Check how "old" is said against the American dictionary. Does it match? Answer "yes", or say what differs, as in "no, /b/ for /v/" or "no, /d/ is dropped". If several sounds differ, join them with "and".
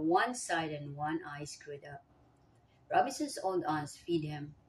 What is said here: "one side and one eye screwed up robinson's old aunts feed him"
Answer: no, /n/ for /l/